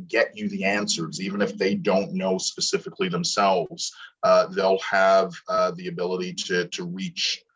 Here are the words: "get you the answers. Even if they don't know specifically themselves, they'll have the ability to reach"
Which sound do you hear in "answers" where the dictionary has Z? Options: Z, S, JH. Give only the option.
Z